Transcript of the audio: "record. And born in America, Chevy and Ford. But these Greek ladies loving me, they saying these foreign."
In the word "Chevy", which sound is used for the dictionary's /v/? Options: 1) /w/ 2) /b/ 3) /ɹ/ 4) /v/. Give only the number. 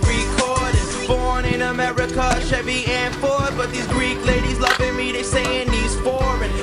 2